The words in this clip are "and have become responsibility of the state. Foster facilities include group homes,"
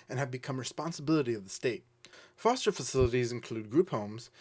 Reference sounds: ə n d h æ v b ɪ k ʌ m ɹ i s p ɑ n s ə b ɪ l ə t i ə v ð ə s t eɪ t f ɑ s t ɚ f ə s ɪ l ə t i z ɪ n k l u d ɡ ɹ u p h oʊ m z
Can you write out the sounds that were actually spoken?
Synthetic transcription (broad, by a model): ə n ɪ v b ɪ k ʌ m ɹ i s p ɑ n s ə b ɪ l ə t i ə v ð ə s t eɪ t f ɑ s t ɚ f ə s ɪ l ə t i z ɪ n k l u d ɡ ɹ u p h oʊ m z